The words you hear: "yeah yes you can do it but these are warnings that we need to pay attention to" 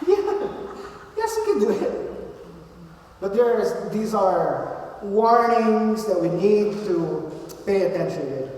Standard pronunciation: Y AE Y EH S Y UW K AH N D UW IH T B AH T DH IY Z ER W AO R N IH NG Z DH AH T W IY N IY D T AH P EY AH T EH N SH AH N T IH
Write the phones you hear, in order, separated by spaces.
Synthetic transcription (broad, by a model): Y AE Y EH S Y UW K AH N D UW IH T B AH T DH IY Z ER W AO R N IH NG Z DH AH T W IY N IY D T AH P EY AH T EH N SH AH N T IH